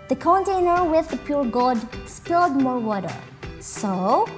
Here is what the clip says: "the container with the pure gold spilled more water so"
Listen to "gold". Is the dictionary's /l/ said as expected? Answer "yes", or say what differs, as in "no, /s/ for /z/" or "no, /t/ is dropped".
no, /l/ is dropped